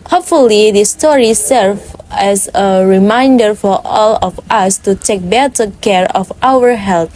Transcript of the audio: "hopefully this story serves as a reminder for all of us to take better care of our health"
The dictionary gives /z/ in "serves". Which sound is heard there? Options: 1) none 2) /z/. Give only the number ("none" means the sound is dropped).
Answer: 1